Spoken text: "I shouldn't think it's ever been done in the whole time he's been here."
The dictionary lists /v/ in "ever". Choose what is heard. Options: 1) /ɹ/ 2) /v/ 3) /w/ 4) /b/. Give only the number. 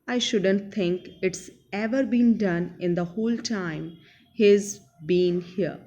2